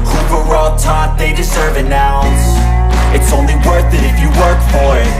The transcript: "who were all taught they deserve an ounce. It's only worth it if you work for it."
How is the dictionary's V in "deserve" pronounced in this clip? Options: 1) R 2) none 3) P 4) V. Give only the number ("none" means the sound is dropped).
4